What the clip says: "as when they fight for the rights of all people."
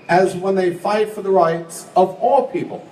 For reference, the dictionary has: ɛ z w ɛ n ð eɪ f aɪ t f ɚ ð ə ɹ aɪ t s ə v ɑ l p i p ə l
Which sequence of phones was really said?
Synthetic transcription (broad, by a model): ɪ z w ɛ n ð eɪ f aɪ t f ɚ ð ə ɹ aɪ t s ə v ɑ l p i p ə l